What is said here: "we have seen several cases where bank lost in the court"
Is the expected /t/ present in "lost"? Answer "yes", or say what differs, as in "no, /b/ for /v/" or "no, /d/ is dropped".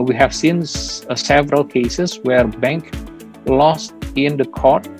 yes